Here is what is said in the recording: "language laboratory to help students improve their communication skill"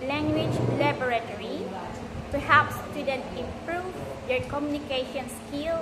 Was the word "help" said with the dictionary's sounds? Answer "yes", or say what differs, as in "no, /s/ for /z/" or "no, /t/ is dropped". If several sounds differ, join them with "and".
no, /l/ is dropped